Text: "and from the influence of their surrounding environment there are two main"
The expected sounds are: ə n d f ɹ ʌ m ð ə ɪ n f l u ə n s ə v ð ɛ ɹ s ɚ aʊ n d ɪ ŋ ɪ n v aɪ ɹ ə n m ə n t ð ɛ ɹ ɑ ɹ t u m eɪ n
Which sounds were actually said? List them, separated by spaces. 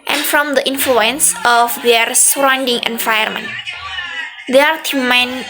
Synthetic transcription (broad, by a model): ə n f ɹ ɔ m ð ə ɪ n f l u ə n s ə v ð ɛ ɹ s ɚ aʊ n d ɪ ŋ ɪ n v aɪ ə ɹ m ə n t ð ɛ ɑ ɹ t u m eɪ n